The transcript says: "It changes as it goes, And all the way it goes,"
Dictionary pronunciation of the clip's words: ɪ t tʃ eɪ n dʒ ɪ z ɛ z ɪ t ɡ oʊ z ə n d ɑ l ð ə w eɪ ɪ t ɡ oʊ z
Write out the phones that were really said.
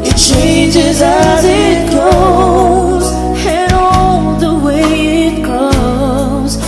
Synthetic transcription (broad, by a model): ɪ t tʃ eɪ n dʒ ɪ z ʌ z ɪ t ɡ oʊ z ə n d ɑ ð ə w eɪ ɪ t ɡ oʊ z